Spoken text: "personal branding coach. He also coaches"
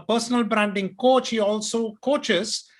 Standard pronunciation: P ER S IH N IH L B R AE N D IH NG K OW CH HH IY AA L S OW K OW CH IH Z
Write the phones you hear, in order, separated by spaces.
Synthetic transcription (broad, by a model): P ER S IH N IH L B R AE N D IH NG K OW CH HH IY AA L S OW K OW CH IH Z